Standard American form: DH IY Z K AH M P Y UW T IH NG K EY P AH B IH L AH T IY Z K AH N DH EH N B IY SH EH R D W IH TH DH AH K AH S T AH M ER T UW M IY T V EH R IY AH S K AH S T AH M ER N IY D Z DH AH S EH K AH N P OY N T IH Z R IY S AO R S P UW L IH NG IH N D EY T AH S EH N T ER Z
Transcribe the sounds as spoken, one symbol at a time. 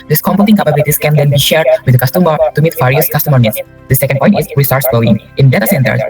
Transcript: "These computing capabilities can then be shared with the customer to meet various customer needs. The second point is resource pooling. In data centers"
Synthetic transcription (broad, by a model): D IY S K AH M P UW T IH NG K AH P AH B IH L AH T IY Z K AH N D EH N B IY SH EH R D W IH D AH K AH S T AH M ER T UW M IY T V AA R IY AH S K AH S T AH M ER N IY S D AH S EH K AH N P OY N T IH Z W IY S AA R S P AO IH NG IH N D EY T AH S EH N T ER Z